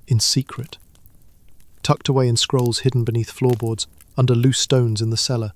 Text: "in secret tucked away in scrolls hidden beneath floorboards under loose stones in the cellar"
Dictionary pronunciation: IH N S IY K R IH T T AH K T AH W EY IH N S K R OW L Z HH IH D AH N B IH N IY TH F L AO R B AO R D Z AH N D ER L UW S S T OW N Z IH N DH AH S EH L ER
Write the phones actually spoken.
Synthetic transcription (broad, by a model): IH N S IY K R IH T T AH K T AH W EY IH N S K R OW L Z HH IH D N B IH N IY TH F L AO R B AO R D Z AH N D ER L UW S S T OW N Z IH N DH AH S EH L ER